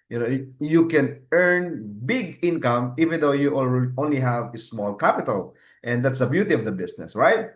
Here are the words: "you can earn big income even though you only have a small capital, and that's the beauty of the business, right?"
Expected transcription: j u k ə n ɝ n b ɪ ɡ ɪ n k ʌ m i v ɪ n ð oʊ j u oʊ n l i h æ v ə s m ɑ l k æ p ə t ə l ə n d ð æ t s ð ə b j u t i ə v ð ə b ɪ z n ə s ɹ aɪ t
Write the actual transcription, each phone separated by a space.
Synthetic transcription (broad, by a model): j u k ə n ɝ n b ɪ ɡ ɪ n k ʌ m i v ɪ n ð oʊ j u oʊ n l i h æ v ə s m ɑ l k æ p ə t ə l ə n d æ t s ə b j u t i ə v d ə b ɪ s n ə s ɹ aɪ t